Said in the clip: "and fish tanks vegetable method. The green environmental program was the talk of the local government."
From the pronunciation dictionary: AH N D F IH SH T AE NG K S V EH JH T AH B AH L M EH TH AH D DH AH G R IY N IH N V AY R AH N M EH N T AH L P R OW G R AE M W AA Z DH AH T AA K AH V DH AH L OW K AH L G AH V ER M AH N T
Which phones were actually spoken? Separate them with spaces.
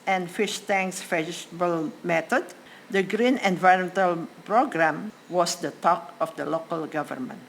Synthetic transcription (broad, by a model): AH N F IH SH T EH NG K S F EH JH S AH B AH L M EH T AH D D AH G R IY N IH N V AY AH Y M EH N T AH L P R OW G R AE M W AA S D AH T AA K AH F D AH L OW K AH L G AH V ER M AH N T